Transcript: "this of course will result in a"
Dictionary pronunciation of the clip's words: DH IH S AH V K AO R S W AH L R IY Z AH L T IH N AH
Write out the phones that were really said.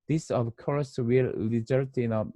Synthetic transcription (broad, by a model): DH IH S AH V K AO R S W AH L L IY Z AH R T IH N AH